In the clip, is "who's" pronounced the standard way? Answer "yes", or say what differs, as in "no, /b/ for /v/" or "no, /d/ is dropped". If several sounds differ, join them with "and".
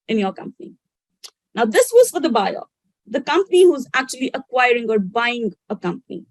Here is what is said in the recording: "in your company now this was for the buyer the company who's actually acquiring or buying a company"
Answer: yes